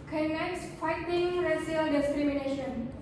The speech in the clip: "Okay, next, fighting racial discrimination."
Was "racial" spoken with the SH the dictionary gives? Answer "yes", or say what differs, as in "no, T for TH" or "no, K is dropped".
no, S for SH